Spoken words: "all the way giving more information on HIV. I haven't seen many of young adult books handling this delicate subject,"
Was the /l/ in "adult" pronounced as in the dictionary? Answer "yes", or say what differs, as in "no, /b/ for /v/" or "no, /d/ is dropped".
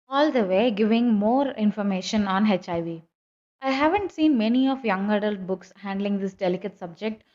yes